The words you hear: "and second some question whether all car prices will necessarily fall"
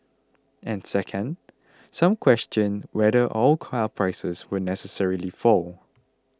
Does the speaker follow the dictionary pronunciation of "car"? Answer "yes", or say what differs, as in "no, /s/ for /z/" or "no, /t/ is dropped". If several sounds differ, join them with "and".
no, /l/ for /ɹ/